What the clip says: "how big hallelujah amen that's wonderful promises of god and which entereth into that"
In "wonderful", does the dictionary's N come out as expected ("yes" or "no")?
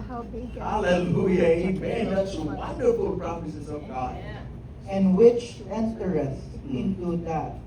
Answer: yes